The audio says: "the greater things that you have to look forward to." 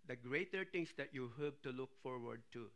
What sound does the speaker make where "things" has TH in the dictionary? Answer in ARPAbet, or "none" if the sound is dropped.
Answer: T